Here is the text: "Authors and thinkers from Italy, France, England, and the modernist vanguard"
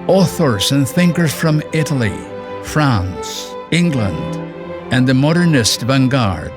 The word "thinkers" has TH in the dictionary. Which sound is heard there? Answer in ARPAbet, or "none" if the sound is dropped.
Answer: TH